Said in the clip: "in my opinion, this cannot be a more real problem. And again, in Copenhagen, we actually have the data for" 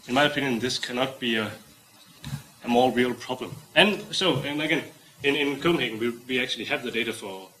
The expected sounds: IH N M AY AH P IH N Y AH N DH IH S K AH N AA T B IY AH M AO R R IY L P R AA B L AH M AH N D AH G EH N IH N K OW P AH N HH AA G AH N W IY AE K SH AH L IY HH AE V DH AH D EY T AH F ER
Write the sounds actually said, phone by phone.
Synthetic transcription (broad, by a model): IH N M AY AH P IH N Y AH N DH IH S K AH N AA T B IY AH M AO L R IY L P R AA B L AH M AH N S AH G EH N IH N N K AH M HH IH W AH W IY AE K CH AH L IY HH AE V DH AH D EY T AH F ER